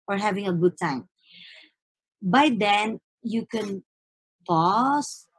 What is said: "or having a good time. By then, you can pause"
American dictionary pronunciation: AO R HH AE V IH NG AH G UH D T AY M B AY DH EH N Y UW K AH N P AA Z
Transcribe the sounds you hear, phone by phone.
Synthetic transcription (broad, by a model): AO R HH AE V IH NG AH G UH D T AY M B AY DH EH N Y UW K AH N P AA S